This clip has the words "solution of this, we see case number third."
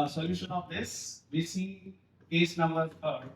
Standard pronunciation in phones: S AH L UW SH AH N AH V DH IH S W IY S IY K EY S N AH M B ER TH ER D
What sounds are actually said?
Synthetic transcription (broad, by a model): S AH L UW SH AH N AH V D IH S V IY S IY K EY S N AH M B ER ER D